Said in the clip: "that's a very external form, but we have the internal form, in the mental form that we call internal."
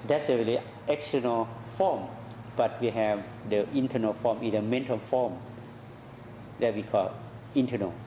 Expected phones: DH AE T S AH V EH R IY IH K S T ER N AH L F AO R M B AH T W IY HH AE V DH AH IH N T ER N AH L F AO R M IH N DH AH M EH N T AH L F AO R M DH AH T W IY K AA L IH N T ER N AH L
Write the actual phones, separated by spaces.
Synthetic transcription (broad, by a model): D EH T S AH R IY L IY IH K S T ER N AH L F AO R M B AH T W IY HH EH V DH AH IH N T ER N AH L F AO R M IH N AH M EH N T AH L F AO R M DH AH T W IY K AA L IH N T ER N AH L